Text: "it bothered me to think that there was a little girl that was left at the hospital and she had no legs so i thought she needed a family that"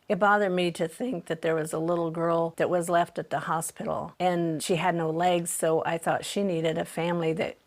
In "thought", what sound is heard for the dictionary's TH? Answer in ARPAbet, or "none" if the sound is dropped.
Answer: TH